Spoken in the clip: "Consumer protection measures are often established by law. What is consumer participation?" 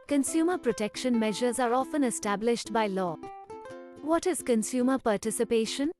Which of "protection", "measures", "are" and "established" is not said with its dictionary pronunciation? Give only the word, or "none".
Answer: none